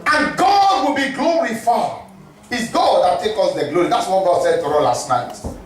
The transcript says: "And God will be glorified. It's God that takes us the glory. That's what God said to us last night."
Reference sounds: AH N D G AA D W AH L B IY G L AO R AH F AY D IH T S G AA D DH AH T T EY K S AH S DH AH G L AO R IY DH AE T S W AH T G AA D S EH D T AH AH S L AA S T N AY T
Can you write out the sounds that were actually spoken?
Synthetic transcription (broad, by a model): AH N G AA D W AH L B IY G L AO R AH F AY IH T S G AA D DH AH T T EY K AH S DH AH G L AO R IY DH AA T S W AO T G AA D S EH D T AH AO L AA S T N AY T